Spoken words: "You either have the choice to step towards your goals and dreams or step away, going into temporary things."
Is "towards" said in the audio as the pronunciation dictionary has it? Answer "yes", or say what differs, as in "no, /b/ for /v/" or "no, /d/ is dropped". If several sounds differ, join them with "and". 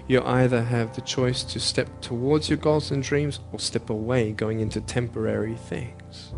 yes